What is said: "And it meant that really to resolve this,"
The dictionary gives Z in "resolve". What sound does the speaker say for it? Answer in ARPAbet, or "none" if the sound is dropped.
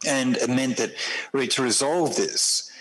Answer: Z